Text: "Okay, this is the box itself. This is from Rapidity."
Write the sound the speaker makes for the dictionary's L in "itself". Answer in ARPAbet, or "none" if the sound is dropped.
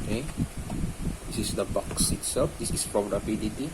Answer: none